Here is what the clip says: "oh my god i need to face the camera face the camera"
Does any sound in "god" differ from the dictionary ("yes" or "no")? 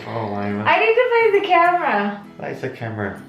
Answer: yes